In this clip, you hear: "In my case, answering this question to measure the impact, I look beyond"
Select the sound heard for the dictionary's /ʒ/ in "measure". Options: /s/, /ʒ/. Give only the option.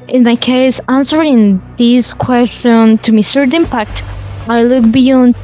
/s/